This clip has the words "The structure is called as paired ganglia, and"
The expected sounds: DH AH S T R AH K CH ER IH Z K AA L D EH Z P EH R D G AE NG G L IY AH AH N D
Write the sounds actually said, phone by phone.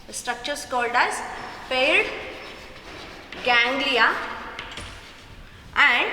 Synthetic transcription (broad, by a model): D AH S T R AH K CH ER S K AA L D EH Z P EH L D G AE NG G L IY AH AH N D